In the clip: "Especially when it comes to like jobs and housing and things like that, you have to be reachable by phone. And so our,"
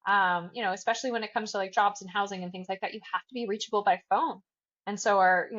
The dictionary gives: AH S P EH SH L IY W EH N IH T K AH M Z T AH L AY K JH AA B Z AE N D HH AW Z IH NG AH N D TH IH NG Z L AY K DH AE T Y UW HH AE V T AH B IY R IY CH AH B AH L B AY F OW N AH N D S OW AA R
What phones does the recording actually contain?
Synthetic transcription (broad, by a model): AH S P EH SH L IY W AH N IH T K AH M Z T AH L AY K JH AA B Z N HH AW Z IH NG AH N TH IH NG Z L AY K DH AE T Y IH HH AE F T AH B IY R IY CH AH B L B AY F OW N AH N S OW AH R